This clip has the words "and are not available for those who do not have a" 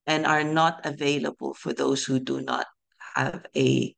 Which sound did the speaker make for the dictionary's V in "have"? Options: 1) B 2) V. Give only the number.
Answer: 2